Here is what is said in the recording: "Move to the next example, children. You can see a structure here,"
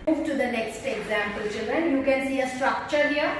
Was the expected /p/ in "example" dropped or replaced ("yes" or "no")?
no